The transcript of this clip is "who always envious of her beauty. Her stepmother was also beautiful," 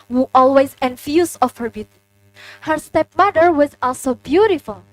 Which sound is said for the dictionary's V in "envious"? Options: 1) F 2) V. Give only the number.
1